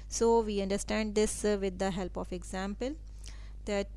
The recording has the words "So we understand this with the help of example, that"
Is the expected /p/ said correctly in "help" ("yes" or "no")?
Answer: yes